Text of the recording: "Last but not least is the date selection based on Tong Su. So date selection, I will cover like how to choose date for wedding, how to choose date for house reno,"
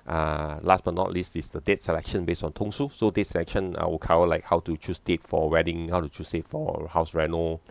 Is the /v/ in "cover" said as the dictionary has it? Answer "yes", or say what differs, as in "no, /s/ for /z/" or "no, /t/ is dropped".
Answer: no, /w/ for /v/